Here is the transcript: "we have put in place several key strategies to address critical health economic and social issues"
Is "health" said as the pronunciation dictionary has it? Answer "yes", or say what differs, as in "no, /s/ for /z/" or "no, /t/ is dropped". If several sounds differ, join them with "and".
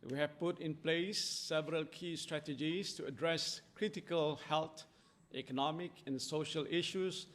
no, /t/ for /θ/